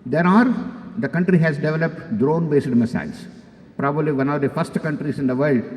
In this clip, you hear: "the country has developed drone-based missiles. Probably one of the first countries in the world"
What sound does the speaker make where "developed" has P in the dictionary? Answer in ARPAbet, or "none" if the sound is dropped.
P